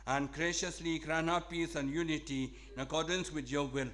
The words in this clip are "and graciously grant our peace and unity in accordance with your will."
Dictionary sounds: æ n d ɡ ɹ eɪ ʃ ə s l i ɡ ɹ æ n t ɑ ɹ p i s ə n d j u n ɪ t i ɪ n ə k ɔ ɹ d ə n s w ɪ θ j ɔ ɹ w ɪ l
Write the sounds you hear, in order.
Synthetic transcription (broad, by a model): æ n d ɡ ɹ eɪ ʃ ə s l i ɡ ɹ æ n ɑ p i s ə n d j u n ɪ t i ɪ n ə k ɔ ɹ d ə n s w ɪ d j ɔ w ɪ l